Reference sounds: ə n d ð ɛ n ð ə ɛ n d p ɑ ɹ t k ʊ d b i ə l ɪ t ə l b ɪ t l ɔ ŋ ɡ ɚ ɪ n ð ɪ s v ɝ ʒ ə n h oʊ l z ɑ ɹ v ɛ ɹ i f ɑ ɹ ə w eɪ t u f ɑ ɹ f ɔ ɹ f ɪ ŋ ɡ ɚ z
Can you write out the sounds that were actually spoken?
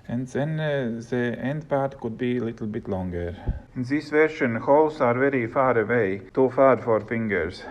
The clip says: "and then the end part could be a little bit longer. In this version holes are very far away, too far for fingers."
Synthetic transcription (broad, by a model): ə n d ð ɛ n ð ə ɛ n d p ɑ ɹ t k ʊ d b i ə l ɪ t l b ɪ t l ɔ ŋ ɡ ɚ ɪ n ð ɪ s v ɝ ʃ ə n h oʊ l s ɑ ɹ v ɛ ɹ i f ɑ ɹ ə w eɪ t u f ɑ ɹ f ɔ ɹ f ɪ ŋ ɡ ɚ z